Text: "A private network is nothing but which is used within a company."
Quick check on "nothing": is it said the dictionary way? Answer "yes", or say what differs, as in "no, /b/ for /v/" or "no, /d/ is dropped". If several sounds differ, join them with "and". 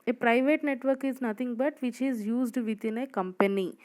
no, /t/ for /θ/